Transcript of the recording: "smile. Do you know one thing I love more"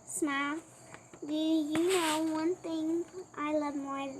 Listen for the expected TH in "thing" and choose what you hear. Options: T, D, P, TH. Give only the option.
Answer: T